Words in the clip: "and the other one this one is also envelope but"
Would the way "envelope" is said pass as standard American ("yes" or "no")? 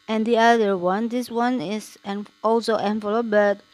no